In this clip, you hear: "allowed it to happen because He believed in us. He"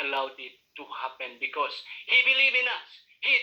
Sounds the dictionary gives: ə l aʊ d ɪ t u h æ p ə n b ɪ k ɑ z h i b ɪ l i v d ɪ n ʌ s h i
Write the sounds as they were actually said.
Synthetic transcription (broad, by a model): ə l aʊ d ɪ t u h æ p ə n b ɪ k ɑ s h i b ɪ l i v ɪ n ʌ s h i